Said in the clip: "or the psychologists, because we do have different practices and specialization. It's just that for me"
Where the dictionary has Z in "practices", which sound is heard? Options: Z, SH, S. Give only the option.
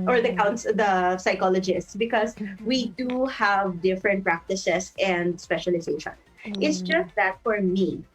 S